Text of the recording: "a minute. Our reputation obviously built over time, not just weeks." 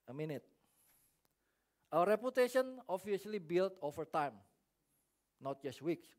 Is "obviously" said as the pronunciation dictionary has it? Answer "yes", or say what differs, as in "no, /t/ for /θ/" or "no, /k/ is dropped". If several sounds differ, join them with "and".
no, /s/ is dropped